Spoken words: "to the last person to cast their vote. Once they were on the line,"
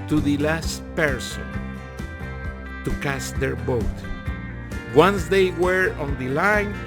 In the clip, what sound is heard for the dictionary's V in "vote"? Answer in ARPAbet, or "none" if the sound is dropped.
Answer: B